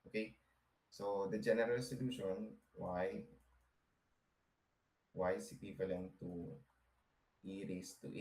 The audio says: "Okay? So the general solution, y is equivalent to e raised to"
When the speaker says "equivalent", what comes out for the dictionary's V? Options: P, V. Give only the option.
P